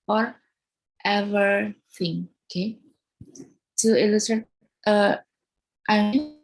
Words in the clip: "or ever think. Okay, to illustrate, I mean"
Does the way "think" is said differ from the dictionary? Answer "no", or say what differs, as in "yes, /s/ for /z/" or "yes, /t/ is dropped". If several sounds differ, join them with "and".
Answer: yes, /t/ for /θ/ and /k/ is dropped